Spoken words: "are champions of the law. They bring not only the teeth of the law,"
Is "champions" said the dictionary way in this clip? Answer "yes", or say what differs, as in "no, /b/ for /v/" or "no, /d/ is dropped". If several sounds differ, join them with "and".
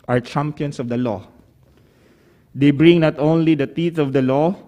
no, /s/ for /z/